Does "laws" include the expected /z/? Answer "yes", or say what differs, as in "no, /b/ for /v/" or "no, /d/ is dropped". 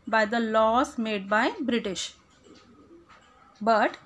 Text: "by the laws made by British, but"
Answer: no, /s/ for /z/